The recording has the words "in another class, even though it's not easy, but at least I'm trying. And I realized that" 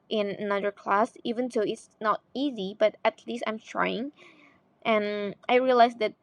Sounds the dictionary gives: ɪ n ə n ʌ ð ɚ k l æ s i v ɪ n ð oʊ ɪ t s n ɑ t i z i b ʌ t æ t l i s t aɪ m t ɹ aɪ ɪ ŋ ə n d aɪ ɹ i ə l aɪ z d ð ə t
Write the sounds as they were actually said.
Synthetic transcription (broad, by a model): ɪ n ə n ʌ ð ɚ k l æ s i v ɪ n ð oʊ ɪ t s n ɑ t i z i b ʌ t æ t l i s t aɪ m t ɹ aɪ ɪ ŋ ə n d aɪ ɹ i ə l aɪ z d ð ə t